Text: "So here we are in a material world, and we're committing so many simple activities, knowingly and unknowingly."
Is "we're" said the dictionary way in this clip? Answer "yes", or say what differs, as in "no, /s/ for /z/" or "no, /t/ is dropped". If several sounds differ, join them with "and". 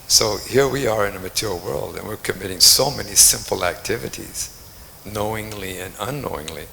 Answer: yes